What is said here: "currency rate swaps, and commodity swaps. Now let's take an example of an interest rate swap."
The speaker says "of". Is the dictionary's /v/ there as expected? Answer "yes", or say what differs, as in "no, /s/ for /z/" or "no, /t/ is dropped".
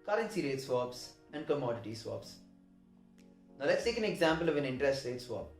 yes